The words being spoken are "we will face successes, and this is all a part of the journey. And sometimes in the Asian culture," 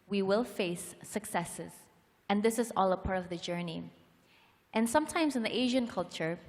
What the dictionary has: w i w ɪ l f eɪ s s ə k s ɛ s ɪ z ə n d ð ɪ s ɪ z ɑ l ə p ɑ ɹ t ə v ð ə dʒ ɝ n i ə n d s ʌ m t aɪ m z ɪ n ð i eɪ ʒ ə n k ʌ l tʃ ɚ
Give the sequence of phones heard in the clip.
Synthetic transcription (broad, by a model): w i w ɪ l f eɪ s s ə k s ɛ s ɪ z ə n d ð ɪ s ɪ z ɑ l ə p ɑ ɹ t ə v ð ə dʒ ɝ n i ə n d s ʌ m t aɪ m z ɪ n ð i eɪ ʒ ə n k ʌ l tʃ ɚ